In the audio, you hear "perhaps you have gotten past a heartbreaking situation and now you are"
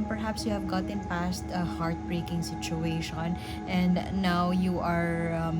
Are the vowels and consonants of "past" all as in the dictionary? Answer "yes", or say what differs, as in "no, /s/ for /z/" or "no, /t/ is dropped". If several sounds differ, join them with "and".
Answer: yes